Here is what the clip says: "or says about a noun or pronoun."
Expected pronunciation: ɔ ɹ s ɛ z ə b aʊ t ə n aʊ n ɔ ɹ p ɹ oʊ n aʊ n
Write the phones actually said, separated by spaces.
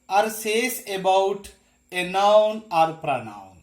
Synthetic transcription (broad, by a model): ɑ ɹ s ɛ s ə b aʊ t ə n aʊ n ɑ ɹ p ɹ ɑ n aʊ n